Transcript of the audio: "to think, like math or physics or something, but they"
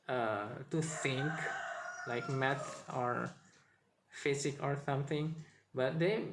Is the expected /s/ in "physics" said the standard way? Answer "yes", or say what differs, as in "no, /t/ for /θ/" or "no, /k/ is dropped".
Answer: no, /s/ is dropped